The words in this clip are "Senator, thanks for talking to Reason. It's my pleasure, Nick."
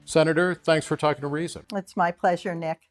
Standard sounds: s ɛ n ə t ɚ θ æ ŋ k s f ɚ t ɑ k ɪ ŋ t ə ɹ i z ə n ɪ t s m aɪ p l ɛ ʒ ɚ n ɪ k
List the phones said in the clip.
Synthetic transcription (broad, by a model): s ɛ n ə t ɚ θ æ ŋ k s f ɚ t ɑ k ɪ ŋ t ə ɹ i z ə n ɪ t s m aɪ p l ɛ ʒ ɚ n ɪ k